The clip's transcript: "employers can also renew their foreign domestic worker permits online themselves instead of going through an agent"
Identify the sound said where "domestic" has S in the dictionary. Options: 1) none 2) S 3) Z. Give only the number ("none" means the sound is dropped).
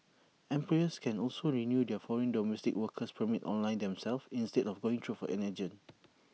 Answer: 2